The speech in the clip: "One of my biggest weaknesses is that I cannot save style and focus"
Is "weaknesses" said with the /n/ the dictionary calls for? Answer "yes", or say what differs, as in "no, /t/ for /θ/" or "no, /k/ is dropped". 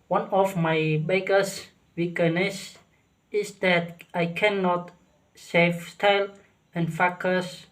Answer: no, /n/ is dropped